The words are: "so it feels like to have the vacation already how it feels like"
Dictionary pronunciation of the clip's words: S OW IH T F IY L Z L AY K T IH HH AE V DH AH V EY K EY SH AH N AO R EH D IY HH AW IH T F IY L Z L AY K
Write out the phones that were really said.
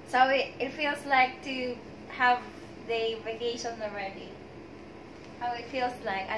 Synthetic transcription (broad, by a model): S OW IH T F IY L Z L AY K T IH HH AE V DH AH V EY K EY SH AH N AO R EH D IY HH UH IH T F IY L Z L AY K